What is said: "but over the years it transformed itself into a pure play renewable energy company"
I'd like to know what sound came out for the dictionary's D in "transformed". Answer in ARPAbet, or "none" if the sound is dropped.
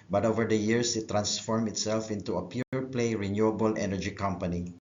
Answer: none